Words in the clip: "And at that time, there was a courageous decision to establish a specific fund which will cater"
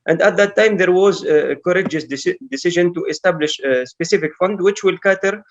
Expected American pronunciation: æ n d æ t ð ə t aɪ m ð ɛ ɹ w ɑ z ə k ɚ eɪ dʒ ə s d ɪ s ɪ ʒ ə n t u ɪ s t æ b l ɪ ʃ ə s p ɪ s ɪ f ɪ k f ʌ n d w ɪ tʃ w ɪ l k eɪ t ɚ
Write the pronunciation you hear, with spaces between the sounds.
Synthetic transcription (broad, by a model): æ n d æ t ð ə t aɪ m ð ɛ ɹ w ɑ z ə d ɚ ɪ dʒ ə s d ɪ s ɪ ʒ ə n t u ɪ s t æ b l ɪ ʃ s p ɪ s ɪ f ɪ k f ʌ n d w ɪ tʃ w ɪ l k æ t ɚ